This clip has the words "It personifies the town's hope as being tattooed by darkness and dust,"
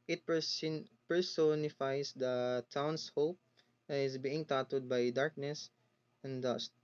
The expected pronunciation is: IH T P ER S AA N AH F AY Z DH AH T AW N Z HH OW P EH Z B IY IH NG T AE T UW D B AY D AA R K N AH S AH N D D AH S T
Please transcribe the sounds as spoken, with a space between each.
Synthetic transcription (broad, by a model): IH T P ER S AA N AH F AY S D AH T AW N S HH OW P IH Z B IY IH NG T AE T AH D B AY D AA R K N AH S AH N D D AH S T